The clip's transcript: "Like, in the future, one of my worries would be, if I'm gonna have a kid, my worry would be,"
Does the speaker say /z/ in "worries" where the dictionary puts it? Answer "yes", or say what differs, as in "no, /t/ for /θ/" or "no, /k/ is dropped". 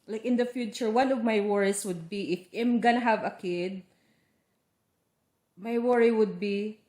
no, /s/ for /z/